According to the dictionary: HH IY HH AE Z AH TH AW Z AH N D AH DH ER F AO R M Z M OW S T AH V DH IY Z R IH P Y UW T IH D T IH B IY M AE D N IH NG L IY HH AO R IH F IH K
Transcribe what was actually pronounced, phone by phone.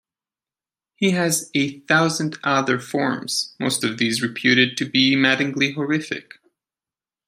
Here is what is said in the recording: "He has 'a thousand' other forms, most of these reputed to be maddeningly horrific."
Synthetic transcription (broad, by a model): HH IY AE Z AH TH AW Z AH N D AH DH ER F AO R M Z M OW S T AH V DH IY Z R IH P Y UW T IH D T IH B IY M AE D IH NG L IY HH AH R IH F IH K